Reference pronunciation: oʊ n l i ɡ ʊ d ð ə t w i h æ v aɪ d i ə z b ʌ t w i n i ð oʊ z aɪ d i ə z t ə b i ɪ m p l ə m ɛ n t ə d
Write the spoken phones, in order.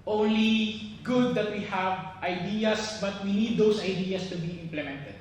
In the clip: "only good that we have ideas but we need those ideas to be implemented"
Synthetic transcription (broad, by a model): oʊ n l i ɡ ʊ d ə t w i h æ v aɪ d i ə s b ʌ t w i n i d oʊ s aɪ d i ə s t ə b i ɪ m p l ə m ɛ n t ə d